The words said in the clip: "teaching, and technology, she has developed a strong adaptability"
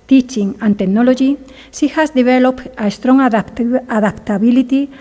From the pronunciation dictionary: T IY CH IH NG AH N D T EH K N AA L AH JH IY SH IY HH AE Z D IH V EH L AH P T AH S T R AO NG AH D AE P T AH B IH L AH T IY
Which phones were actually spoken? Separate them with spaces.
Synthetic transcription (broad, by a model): T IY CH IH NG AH N T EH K N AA L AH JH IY S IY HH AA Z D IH B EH L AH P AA AH S T R AO NG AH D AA P T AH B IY L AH T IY